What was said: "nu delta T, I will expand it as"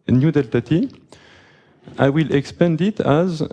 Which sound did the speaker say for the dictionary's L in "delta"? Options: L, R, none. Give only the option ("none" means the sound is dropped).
L